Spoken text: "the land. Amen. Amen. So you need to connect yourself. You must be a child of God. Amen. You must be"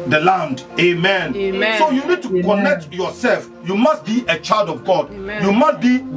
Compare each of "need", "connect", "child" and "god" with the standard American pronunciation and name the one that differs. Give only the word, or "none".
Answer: none